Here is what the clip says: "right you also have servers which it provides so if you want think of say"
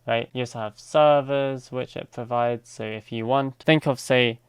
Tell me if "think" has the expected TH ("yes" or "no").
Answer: yes